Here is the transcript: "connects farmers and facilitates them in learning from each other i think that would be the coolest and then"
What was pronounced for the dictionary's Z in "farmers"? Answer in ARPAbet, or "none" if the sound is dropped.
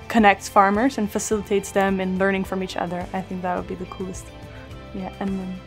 Z